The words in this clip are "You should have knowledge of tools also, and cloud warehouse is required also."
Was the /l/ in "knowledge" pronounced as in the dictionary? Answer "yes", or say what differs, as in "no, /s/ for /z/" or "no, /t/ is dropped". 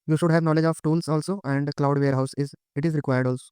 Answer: yes